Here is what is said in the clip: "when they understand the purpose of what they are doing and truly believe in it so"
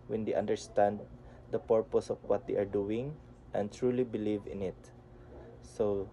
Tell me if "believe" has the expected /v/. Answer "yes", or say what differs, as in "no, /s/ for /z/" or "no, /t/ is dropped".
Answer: yes